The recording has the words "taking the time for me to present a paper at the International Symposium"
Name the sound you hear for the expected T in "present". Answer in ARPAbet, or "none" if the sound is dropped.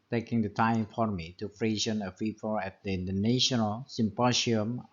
none